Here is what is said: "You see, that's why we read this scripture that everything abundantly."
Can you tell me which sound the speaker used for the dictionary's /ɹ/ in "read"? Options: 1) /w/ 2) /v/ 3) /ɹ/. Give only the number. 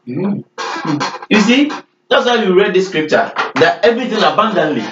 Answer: 3